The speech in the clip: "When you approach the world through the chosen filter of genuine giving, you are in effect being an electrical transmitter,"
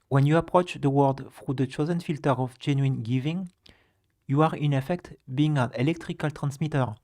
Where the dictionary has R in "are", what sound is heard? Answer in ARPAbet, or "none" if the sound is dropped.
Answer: R